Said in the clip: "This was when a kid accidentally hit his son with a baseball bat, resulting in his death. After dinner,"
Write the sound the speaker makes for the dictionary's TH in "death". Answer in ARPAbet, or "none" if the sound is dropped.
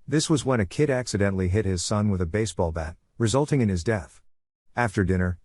TH